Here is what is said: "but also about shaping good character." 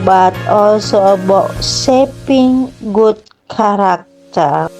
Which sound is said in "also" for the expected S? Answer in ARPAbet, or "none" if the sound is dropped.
S